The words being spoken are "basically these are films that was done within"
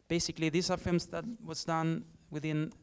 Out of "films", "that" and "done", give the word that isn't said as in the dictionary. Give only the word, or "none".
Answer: films